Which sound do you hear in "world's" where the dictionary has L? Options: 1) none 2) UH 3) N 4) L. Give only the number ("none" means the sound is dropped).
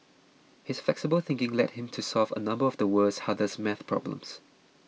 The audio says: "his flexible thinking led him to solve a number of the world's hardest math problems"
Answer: 1